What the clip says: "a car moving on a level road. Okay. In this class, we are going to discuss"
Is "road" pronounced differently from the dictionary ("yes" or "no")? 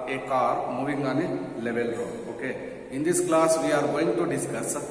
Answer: yes